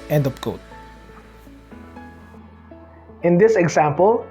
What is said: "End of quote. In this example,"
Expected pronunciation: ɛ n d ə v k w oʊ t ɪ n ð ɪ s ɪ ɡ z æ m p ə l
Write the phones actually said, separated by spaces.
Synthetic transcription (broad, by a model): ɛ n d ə p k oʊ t ɪ n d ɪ s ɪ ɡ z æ m p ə l